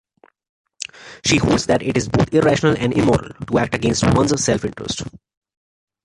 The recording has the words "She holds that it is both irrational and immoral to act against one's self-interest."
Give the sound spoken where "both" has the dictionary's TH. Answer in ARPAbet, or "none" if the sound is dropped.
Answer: T